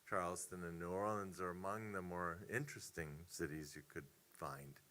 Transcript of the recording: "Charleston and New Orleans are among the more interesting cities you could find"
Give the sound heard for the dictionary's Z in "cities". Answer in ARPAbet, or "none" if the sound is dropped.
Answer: Z